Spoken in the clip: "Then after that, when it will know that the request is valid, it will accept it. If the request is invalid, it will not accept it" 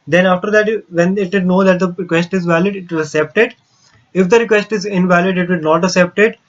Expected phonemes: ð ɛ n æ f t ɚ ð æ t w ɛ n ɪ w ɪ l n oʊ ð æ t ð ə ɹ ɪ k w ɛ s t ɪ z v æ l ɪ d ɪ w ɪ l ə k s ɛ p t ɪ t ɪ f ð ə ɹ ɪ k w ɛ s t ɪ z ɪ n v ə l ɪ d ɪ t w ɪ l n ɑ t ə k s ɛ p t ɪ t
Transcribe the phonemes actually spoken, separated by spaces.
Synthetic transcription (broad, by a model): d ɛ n æ f t ɚ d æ t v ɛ n ɪ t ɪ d n oʊ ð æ t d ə ɹ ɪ k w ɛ s t ɪ z v æ l ɪ d ɪ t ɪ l ə k s ɛ p t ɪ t ɪ f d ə ɹ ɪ k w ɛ s t ɪ z ɪ n v ə l ɪ d ɪ t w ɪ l n ɑ t ə k s ɛ p t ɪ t